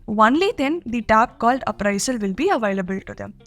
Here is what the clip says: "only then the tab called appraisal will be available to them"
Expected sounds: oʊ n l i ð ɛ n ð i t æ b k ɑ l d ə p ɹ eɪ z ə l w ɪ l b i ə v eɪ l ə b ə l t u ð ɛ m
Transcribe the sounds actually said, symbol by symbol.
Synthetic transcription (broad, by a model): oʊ n l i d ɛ n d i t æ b k ɑ l d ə p ɹ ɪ s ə l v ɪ l b i ə v eɪ l ə b ə l t u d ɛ m